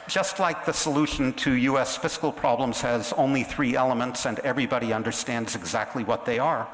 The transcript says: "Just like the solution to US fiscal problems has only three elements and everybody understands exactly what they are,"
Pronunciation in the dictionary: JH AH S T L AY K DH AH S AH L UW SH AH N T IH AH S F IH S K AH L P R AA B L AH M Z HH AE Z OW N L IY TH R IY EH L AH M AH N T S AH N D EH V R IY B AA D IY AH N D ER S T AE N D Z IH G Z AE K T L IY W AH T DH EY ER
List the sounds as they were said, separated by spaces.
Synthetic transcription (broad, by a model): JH AH S T L AY K DH AH S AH L UW SH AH N T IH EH S F IH S K L P R AA B L AH M Z HH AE Z OW N L IY TH R IY EH L AH M AH N T S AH N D EH V R IY B AA D IY AH N D ER S T AE N D Z IH G Z AE K T L IY W AH T DH EY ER